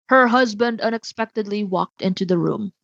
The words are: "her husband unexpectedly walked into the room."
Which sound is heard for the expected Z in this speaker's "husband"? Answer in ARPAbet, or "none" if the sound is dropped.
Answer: Z